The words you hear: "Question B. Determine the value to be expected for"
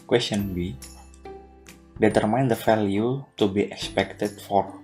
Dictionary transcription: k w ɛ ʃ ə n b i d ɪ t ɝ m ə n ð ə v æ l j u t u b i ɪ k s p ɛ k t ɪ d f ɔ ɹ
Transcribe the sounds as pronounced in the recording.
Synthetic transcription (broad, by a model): k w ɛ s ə n b i d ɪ t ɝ m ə n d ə f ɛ l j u t u b i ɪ k s p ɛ k t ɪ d f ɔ ɹ